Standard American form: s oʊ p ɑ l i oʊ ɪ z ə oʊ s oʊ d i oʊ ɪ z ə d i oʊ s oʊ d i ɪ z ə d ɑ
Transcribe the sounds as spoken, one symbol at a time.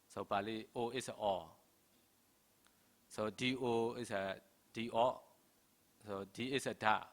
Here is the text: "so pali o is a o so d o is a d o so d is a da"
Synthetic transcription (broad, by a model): s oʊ b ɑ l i oʊ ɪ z ə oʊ s oʊ d i oʊ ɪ s ə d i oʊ s oʊ d i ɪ s ə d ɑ